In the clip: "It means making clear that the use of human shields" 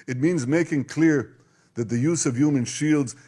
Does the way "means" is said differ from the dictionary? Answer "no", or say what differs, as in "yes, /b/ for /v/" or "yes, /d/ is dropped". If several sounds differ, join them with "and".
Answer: no